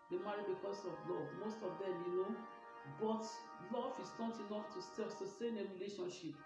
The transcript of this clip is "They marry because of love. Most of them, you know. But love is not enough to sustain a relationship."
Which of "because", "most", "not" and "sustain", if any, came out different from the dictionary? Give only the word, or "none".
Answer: because